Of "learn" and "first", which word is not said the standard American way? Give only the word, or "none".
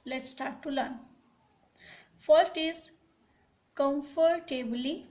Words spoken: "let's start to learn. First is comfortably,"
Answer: none